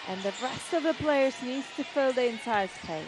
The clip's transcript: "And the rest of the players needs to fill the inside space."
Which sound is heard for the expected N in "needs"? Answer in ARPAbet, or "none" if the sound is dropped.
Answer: N